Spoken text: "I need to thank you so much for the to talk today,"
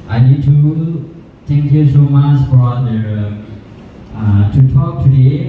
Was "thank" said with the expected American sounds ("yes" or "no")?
no